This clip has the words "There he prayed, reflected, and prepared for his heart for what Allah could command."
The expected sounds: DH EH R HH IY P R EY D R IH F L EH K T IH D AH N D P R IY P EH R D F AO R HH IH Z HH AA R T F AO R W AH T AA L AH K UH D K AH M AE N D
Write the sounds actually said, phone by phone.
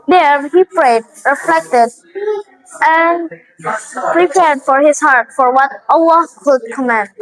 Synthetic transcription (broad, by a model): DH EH R HH IY P R EY D R IH F L EH K T IH D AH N P R IY P EH R D F AO R HH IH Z HH AA R T F AO R W AH T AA W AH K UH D K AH M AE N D